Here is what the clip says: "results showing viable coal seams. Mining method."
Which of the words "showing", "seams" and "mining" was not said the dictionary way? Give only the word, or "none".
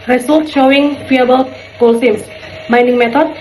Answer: seams